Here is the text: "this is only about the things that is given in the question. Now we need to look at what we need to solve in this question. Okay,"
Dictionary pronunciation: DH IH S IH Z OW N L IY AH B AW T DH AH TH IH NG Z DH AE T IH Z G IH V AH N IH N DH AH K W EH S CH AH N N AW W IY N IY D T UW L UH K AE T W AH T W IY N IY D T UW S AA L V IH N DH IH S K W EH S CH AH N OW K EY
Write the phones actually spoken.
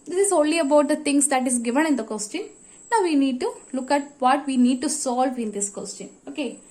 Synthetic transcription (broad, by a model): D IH S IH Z OW N L IY AH B AW T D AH T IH NG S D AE T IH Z G IH V AH N IH N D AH K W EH S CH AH N N AW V IY N IY D T UW L UH K AE T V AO T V IY N IY D T UW S AA L V IH N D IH S K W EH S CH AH N OW K EY